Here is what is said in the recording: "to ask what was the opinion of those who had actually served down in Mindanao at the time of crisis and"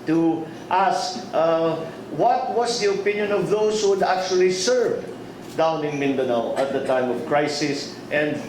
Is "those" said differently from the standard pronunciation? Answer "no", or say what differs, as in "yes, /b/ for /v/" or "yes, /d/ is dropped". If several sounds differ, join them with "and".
yes, /s/ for /z/